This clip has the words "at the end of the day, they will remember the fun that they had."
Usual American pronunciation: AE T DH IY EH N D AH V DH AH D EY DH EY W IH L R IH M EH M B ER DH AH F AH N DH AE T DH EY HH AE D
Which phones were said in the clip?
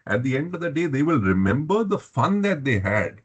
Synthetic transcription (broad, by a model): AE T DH IY EH N D AH V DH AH D EY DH EY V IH L R IH M EH M B ER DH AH F AH N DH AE T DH EY HH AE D